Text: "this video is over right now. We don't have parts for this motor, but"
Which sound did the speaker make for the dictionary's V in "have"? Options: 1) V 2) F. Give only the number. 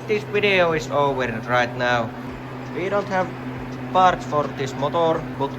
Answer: 1